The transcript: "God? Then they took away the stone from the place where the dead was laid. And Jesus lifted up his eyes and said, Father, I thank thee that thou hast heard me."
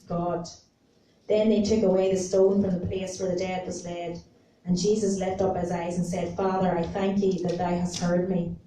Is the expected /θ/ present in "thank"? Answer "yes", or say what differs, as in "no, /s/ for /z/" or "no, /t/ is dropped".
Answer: yes